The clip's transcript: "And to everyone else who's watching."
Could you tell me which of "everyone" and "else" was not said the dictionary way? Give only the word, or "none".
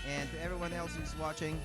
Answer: none